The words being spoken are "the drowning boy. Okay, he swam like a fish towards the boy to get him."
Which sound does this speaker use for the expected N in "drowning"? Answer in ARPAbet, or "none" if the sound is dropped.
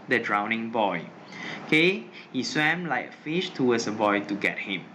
N